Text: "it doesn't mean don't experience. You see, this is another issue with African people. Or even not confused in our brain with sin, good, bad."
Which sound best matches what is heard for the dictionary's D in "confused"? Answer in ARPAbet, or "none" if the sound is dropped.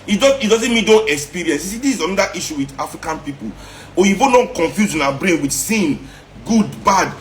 none